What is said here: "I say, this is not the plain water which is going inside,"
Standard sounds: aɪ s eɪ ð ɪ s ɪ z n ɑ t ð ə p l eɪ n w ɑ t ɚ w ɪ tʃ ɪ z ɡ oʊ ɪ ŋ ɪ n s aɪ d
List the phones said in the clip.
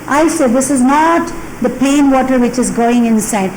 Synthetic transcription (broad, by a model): aɪ s eɪ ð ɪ s ɪ z n ɑ t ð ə p eɪ n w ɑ t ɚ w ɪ tʃ ɪ z ɡ oʊ ɪ ŋ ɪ n s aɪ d